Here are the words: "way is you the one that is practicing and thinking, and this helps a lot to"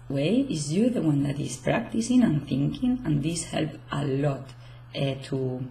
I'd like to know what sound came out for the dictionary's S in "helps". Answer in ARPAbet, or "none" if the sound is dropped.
none